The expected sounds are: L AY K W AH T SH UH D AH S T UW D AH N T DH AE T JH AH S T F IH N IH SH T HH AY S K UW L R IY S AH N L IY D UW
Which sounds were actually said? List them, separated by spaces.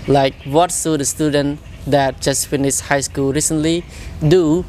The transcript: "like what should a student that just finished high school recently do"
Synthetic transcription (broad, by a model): L AY K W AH T S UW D AH S T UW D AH N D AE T JH AH S T F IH N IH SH HH AY S K UW L R IY S AH N L IY D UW